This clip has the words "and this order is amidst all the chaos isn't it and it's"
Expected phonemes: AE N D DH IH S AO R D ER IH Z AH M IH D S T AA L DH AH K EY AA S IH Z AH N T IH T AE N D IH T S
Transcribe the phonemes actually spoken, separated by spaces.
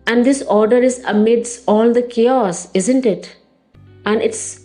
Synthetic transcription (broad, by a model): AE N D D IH S AO R D ER IH Z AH M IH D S AA L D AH K EY AA S IH Z AH N T IH T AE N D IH T S